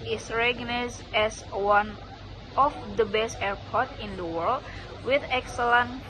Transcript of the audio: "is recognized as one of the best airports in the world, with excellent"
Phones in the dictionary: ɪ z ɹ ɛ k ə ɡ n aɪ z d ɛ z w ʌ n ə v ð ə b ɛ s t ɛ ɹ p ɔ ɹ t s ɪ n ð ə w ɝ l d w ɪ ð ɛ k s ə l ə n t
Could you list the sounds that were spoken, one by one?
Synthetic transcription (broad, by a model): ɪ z ɹ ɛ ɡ n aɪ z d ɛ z w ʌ n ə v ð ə b ɛ s t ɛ ɹ p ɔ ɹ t ɪ n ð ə w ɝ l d w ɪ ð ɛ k s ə l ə n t